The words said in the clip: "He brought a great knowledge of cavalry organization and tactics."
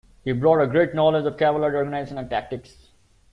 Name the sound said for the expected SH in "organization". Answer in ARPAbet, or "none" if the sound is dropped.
S